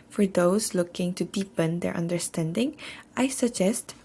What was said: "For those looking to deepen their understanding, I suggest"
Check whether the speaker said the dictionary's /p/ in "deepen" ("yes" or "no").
yes